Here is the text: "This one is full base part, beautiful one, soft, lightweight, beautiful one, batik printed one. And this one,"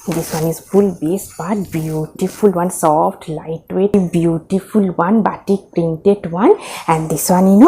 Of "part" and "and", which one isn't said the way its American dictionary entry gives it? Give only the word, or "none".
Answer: part